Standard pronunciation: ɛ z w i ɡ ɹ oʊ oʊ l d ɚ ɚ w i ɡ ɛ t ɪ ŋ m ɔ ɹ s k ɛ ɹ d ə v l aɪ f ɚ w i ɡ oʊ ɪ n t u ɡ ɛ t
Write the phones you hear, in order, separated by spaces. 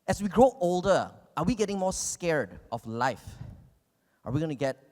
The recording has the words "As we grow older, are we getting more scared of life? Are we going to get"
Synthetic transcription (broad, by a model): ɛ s w i ɡ ɹ oʊ oʊ l d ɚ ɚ w i ɡ ɛ t ɪ ŋ m ɔ s k ɛ ɹ d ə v l aɪ f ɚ w i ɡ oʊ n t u ɡ ɛ t